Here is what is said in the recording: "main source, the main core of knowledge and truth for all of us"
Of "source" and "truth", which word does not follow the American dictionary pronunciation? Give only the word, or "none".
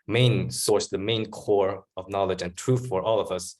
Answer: none